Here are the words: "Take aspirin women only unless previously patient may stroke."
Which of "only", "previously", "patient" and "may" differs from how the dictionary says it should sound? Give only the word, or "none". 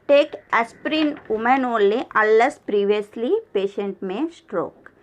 only